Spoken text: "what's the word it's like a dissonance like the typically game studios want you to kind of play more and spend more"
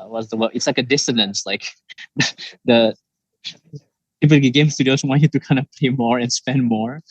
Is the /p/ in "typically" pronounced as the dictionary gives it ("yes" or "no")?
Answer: no